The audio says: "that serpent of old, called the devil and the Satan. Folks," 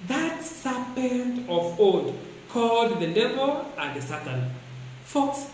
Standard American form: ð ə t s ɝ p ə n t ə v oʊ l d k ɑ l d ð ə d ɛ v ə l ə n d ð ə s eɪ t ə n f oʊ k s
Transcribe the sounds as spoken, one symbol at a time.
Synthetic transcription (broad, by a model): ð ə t s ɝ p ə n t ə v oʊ d k ɑ l d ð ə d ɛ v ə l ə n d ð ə s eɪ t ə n f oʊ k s